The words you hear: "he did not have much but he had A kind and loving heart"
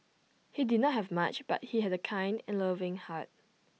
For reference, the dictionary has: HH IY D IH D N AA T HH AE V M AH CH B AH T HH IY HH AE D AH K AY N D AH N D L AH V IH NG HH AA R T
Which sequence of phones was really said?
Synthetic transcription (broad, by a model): HH IY D IH D N AA T HH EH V M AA CH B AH T HH IY HH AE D AH K AY N D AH N L AH V IH NG HH AA T